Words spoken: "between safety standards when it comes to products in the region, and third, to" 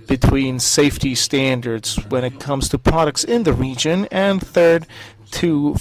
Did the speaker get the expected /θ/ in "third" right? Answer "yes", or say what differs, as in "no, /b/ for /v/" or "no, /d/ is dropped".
yes